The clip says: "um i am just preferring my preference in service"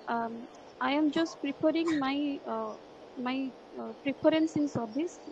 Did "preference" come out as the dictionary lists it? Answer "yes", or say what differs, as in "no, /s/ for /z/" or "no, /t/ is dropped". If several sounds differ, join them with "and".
no, /p/ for /f/